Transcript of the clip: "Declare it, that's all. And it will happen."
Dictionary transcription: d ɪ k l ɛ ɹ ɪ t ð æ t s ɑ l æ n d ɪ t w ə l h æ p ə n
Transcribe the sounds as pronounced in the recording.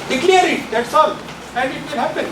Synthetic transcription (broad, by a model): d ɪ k l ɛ ɹ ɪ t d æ t s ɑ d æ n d ɪ t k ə n h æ p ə n